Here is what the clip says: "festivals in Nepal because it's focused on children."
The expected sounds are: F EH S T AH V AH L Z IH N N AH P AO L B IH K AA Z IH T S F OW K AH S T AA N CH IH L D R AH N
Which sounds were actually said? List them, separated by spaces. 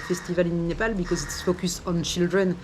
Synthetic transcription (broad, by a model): F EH S T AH V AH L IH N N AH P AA L B IH K AA Z IH T S F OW K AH S AA N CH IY L D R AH N